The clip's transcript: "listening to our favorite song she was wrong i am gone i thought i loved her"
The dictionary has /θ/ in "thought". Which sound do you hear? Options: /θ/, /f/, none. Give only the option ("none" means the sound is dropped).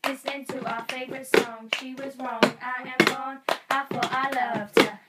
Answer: /f/